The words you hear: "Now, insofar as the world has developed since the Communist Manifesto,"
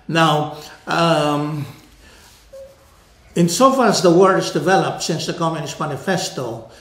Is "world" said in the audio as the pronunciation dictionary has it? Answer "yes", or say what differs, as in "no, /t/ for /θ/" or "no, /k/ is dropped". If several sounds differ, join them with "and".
no, /l/ is dropped